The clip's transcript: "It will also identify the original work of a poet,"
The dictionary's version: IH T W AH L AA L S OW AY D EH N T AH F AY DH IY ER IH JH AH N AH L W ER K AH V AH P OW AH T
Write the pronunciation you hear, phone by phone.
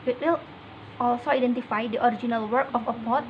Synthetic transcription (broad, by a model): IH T W AH L AA L S OW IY D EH N T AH F AY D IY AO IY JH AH N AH L W ER K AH F AH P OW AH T